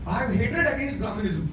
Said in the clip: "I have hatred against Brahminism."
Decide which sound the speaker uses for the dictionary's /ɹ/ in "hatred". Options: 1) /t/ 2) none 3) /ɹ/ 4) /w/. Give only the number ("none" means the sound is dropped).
2